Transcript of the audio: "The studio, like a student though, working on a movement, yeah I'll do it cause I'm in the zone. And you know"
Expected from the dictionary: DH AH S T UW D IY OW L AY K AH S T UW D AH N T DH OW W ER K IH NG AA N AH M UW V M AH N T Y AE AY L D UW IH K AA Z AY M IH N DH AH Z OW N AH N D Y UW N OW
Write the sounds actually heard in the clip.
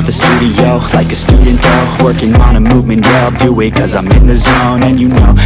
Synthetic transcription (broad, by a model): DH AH S T UW D IY OW L AY K AH S T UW D N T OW W ER K IH NG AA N AH M UW V M AH N T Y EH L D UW IH K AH Z AY M IH N DH AH Z OW N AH N Y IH N OW